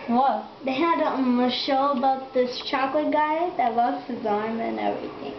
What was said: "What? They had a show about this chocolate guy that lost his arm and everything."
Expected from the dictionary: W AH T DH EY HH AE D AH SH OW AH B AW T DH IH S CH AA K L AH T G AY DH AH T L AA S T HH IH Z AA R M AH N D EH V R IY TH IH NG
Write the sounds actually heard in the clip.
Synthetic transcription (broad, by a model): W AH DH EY HH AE D AH SH OW AH B AW T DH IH S CH AA K L AH T G AY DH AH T W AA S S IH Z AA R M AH N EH V R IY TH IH NG